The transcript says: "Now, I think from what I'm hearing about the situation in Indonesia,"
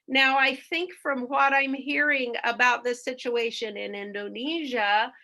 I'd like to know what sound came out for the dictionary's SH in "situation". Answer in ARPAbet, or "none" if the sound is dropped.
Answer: SH